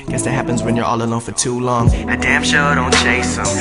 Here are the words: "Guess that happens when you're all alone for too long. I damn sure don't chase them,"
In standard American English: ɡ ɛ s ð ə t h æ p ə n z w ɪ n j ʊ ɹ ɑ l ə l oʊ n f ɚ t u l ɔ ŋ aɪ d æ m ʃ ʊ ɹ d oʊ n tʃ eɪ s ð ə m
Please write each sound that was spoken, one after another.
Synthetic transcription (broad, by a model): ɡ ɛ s ð ə t h æ p ə n z w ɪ n j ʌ ɹ ɑ l ə l oʊ n f ɚ t u l ɔ ŋ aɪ d æ m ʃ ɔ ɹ d oʊ n tʃ eɪ s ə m